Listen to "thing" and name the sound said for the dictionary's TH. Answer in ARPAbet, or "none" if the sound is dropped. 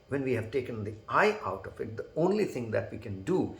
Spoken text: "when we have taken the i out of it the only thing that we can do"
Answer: T